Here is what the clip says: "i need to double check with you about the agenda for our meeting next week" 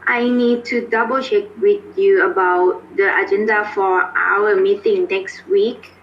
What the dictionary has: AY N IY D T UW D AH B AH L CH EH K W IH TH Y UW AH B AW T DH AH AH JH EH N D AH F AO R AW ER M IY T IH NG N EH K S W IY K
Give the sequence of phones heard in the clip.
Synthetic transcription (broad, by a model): AY N IY D T UW D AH B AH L SH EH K W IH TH Y UW AH B AW T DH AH AH JH EH N D AH F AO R AW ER M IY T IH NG N EH K S W IY K